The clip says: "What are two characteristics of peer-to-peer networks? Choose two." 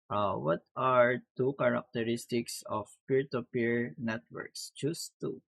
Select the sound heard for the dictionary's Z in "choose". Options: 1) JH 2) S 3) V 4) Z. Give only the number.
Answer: 2